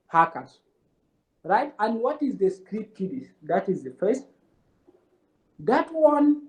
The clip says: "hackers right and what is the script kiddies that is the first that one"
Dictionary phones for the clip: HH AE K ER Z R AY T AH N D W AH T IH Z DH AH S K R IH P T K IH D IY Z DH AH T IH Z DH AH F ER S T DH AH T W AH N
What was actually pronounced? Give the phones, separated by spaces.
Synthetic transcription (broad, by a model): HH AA K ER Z R AY T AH N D W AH T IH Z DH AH S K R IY T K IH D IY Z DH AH T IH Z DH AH F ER S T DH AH T W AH N